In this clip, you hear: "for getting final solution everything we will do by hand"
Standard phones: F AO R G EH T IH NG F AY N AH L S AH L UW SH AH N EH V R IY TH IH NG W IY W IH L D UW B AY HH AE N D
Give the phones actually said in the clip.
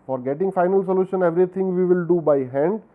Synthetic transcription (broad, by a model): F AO R G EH T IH NG F AY N AH L S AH L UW SH AH N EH V R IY T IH NG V IY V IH L D UW B AY HH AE N D